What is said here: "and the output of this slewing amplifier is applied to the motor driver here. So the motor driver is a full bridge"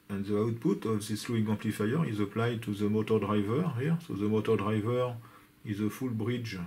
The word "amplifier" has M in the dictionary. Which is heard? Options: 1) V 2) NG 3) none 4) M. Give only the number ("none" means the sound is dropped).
3